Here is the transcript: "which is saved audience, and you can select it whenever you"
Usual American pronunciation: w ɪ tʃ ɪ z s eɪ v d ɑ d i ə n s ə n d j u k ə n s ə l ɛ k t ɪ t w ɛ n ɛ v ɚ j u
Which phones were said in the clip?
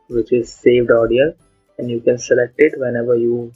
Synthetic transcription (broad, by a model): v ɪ tʃ ɪ z s eɪ v d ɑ d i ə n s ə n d j u k ə n s ə l ɛ k t ɪ t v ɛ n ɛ v ɚ j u